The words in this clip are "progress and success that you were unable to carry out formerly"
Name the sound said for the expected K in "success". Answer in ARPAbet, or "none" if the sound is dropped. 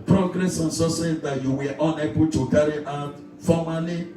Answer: none